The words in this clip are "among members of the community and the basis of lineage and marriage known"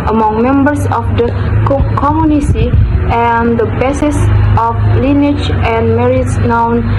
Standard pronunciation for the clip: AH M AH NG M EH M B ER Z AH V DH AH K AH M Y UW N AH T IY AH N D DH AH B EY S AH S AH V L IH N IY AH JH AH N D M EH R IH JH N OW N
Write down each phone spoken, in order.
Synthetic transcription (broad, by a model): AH M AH NG M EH M B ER S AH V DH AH K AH M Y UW N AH S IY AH N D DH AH B EY S AH S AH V L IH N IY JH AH N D M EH R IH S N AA N